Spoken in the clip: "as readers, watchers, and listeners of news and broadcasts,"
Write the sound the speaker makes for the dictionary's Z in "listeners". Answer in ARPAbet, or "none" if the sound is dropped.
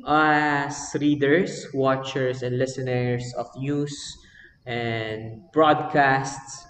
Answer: S